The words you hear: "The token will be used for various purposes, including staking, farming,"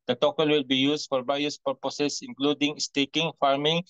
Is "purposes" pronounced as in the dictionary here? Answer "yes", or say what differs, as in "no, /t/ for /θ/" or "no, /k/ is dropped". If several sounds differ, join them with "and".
no, /s/ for /z/